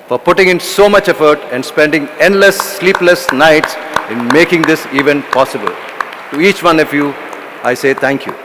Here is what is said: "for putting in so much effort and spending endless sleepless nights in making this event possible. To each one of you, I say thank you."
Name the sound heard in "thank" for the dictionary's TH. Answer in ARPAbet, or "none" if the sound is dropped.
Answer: T